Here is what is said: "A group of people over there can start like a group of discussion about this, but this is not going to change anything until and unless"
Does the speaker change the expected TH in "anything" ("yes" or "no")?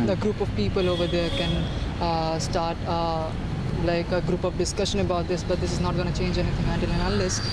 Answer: yes